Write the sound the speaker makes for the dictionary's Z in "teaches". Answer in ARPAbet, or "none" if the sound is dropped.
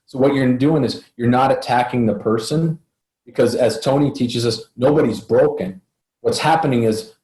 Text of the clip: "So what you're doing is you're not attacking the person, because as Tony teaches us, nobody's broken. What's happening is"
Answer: Z